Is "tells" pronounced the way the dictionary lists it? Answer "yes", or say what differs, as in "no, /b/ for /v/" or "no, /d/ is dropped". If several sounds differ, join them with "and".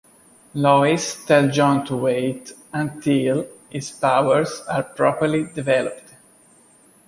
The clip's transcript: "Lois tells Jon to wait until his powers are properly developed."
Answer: no, /z/ is dropped